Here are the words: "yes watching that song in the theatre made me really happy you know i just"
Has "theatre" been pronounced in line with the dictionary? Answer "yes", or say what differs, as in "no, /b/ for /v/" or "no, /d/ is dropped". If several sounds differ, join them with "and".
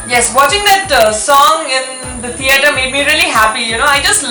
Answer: no, /t/ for /θ/